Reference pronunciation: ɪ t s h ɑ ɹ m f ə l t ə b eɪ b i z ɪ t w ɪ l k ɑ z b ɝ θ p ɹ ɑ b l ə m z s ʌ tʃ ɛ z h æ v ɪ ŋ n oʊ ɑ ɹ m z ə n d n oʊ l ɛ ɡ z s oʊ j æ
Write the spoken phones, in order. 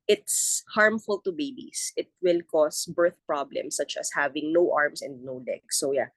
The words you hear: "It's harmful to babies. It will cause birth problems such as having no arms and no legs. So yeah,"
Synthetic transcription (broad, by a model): ɪ t s h ɑ ɹ m f ə l t ə b eɪ b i s ɪ t w ɪ l k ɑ s b ɝ θ p ɹ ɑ b l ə m s ʌ tʃ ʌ s h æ v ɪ ŋ n oʊ ɑ ɹ m s ə n d n oʊ l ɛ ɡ s oʊ j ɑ